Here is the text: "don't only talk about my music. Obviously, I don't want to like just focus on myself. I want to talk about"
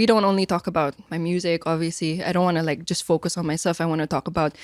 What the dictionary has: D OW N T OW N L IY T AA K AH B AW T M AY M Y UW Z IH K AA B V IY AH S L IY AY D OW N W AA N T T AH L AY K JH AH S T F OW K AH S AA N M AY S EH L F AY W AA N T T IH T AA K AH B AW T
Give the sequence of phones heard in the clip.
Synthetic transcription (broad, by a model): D OW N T OW N L IY T AA K AH B AW T M AY M Y UW Z IH K AA B V IY AH S L IY AY D OW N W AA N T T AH L AY K JH AH S T F OW K AH S N M AY S EH L F AY W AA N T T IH T AA K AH B AW T